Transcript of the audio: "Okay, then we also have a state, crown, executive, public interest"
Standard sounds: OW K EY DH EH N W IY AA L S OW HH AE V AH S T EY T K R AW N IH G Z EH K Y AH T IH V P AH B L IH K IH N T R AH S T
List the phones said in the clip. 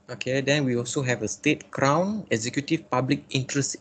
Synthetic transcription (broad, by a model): OW K EY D EH N W IY AA L S OW HH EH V AH S T EY T K R AW N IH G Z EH K Y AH T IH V P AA B L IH K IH N T R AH S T